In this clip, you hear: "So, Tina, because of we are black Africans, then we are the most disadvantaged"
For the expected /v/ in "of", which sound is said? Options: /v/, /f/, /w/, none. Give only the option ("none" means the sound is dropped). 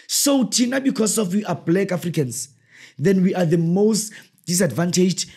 /f/